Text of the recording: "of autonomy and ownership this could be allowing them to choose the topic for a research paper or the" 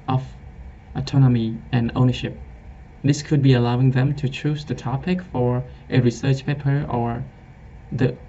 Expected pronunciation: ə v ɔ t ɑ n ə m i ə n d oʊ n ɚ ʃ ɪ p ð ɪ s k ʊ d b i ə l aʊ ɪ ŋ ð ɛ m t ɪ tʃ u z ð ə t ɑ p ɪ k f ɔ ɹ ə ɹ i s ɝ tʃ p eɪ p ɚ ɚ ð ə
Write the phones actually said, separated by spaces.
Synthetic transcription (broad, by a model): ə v ɔ t ɑ n ə m i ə n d oʊ n ɚ ʃ ɪ p ð ɪ s k ʊ d b i ə l aʊ ɪ ŋ ð ɛ m t ɪ tʃ u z ð ə t ɑ p ɪ k f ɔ ɹ ə ɹ i s ɝ tʃ p eɪ p ɚ ɚ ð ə